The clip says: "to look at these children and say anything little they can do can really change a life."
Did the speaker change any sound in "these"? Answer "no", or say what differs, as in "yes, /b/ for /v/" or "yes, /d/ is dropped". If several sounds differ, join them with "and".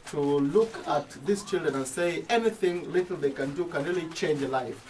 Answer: yes, /s/ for /z/